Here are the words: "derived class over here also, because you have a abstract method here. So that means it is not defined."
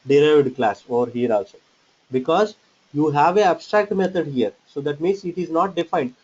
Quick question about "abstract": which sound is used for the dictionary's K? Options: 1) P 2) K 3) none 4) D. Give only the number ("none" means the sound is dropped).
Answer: 2